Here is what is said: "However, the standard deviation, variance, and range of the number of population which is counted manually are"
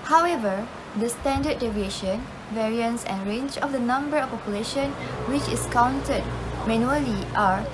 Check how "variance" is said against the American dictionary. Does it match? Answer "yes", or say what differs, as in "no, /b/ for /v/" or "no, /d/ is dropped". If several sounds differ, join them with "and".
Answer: yes